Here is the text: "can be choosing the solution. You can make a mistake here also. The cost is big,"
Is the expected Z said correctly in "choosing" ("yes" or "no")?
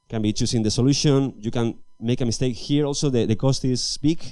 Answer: no